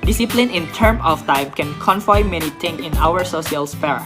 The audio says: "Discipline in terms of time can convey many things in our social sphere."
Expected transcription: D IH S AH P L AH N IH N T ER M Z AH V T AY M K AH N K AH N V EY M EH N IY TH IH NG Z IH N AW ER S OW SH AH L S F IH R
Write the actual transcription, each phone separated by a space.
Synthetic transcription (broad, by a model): D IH S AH P L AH N IH N T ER M AH F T AY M K AH N K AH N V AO M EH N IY T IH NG IH N AW ER S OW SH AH L S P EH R